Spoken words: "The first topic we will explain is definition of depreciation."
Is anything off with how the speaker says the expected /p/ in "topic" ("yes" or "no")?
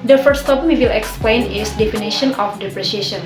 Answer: yes